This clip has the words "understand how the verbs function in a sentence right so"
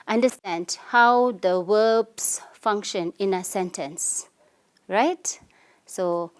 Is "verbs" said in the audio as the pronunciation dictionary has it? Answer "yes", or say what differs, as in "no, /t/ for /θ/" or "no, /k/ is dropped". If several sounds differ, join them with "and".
no, /w/ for /v/ and /s/ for /z/